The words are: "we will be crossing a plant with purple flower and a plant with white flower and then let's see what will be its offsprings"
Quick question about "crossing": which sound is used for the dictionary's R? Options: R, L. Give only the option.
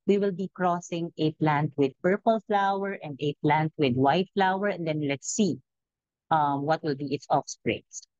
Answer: R